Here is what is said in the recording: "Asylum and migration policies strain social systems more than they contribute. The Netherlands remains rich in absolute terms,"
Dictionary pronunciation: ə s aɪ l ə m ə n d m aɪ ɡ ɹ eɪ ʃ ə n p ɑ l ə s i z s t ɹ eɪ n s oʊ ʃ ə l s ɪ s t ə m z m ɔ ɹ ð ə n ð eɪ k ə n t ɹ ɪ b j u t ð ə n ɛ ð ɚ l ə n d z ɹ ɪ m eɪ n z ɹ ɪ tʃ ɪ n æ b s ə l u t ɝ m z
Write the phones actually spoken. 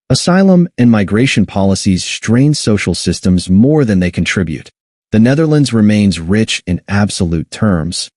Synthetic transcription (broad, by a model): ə s aɪ l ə m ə n m aɪ ɡ ɹ eɪ ʃ ə n p ɑ l ə s i z s t ɹ eɪ n s oʊ ʃ l s ɪ s t ə m z m ɔ ɹ ð ə n ð eɪ k n t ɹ ɪ b j u t ð ə n ɛ ð ɚ l ə n d z ɹ ɪ m eɪ n z ɹ ɪ tʃ ɪ n æ b s ə l u t ɝ m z